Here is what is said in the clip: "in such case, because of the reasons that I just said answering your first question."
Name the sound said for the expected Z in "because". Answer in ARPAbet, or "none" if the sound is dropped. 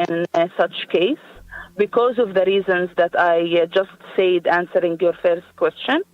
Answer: Z